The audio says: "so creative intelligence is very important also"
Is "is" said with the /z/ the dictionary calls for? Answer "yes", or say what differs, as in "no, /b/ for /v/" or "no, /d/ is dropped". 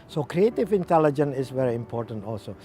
no, /s/ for /z/